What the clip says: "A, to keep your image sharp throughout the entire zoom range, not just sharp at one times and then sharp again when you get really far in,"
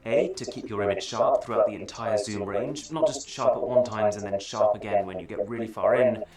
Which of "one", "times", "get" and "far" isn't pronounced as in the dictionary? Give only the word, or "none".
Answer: none